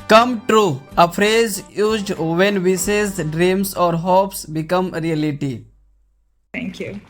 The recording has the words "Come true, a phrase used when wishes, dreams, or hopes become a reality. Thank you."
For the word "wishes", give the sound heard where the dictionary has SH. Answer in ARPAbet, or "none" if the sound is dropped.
S